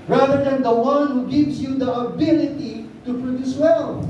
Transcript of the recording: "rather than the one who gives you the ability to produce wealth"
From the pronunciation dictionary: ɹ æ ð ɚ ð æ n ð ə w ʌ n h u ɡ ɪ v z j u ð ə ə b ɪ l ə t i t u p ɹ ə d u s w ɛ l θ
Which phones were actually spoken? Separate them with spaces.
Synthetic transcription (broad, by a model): ɹ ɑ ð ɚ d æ n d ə w ʌ n h u ɡ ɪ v s j u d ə ə b ɪ l ə t i t u p ɹ ə d u s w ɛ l